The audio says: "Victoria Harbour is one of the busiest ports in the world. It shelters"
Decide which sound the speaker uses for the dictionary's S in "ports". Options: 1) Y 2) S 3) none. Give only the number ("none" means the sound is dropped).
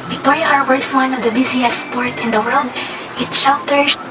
3